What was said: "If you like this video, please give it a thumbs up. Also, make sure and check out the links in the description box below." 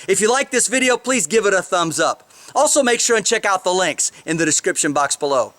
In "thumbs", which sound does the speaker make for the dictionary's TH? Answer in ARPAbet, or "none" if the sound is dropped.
TH